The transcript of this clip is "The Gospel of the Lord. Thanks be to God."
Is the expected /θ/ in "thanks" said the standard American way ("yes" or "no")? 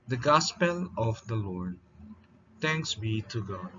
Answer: no